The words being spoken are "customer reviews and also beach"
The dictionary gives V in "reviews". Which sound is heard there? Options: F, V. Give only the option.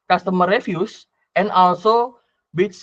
F